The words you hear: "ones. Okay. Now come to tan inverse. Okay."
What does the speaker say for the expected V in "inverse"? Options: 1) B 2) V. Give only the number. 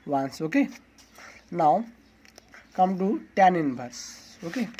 1